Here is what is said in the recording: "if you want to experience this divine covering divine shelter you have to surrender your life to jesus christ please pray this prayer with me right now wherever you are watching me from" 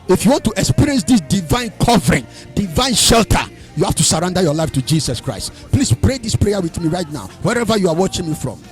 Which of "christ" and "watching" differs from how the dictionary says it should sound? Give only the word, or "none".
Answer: none